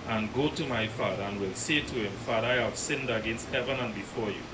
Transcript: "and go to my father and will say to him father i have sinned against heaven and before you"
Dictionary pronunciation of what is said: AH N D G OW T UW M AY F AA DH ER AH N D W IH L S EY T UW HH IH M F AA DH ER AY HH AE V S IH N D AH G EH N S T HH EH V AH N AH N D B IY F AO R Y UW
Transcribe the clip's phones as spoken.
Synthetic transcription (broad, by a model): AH N G OW T UW M AY F AA DH ER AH N W IH L S EY T UW HH IH M F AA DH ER AY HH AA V S IH N D AH G EH N S T HH EH V AH N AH N B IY F AO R Y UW